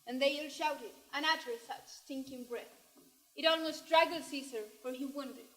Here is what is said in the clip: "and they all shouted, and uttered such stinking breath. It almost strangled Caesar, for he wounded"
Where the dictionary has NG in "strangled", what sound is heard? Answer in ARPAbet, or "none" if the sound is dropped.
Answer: none